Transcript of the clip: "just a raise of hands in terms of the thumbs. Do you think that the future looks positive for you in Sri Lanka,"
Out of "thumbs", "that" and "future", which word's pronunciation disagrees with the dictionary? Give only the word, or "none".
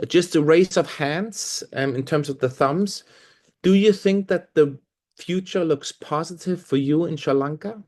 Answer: none